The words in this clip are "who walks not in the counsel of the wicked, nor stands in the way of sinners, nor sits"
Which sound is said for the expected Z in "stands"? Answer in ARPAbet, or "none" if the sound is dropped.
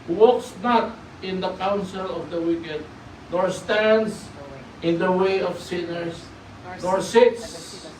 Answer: S